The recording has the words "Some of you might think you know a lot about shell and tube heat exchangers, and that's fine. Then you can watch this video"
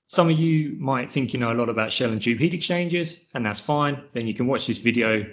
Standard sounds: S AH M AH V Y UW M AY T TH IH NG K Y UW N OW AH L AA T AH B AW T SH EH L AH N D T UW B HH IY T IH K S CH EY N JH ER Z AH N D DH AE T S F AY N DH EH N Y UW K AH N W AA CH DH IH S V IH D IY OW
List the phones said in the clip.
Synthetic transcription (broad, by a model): S AH M AH V Y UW M AY T TH IH NG K Y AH N OW AH L AA T AH B AW T SH EH L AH N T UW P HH IY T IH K CH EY N JH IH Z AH N DH AE T S F AY N DH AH N Y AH K AH N W AA CH DH IH S V IH D IY OW